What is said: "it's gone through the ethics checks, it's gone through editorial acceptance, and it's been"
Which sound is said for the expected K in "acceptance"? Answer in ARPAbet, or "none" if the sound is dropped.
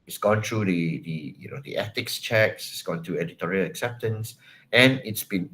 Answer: K